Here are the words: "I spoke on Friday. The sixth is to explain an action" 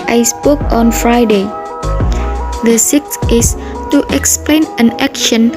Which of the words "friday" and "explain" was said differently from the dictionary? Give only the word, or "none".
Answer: none